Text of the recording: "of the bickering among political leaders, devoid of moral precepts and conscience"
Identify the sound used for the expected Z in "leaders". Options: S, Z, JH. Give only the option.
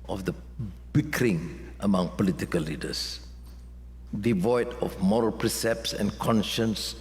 S